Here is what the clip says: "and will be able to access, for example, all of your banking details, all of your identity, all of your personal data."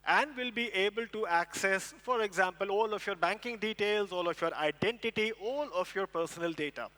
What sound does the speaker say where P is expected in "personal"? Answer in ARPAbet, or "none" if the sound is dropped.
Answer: P